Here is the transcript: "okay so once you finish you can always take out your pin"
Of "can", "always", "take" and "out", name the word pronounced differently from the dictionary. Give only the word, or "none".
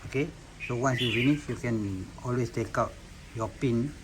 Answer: always